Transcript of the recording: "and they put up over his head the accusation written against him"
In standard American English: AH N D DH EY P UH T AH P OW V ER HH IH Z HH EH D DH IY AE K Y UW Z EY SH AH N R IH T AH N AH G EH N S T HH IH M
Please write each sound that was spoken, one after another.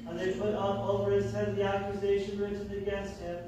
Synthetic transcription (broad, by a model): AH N DH EY P UH T AH P OW V ER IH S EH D DH IY AE K Y UW Z EY SH AH N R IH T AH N AH G EH N S T HH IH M